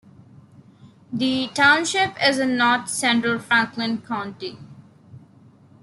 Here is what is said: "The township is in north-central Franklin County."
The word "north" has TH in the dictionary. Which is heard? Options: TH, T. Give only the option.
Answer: T